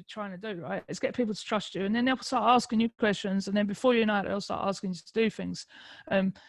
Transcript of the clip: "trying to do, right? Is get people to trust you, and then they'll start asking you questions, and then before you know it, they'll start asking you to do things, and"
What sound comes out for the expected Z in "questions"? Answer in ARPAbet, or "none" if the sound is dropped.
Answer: Z